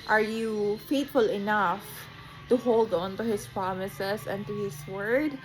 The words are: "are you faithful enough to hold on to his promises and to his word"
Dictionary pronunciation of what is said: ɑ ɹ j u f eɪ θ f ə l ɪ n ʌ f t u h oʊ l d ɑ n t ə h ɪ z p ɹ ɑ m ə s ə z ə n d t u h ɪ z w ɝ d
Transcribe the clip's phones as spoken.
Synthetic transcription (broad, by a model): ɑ ɹ j u f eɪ t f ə l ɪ n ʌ f t u h oʊ l d ɑ n t ə h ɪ s p ɹ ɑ m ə s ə s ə n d t u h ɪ s w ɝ d